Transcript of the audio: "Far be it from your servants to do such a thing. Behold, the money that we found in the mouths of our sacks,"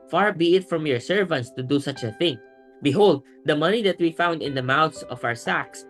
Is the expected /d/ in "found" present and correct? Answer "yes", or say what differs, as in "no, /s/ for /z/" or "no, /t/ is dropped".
yes